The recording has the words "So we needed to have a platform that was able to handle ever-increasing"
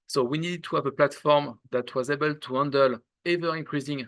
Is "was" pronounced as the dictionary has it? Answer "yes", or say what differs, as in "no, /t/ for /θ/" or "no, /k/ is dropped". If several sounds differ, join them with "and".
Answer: yes